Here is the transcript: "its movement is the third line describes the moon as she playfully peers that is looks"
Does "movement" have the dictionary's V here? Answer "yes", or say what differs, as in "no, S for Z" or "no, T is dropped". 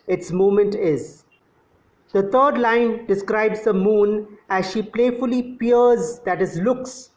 no, V is dropped